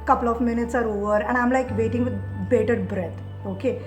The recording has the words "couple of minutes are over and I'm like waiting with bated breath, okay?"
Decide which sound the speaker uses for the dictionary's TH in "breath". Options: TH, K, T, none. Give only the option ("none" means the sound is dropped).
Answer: T